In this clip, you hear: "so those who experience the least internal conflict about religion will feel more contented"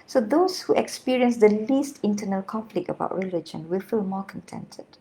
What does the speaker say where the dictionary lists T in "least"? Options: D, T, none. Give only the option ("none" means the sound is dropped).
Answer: T